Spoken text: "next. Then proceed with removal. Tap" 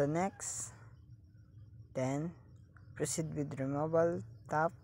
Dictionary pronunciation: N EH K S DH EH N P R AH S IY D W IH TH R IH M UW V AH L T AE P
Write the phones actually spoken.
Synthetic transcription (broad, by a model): N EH K S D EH N P R AH S IY D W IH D R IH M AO B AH L T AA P